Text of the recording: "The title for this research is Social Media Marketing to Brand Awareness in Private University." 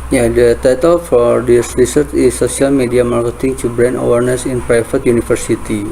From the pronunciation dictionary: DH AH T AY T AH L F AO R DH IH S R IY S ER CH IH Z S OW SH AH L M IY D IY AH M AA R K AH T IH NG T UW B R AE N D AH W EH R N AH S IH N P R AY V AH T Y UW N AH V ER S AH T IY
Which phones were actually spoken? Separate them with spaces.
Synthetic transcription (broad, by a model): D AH T AY T AH L F AO R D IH S R IY S ER CH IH S OW S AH L M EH D IY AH M AA R K AH T IH NG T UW B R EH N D AH W EH R N AH S IH N P R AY F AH T Y UW N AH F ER S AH T IY